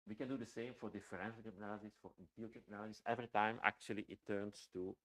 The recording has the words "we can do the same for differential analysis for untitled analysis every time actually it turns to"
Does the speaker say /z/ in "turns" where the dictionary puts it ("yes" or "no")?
no